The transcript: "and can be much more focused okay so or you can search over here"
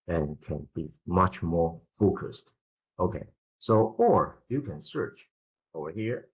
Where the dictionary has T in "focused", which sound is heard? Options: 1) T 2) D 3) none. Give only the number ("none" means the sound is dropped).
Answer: 1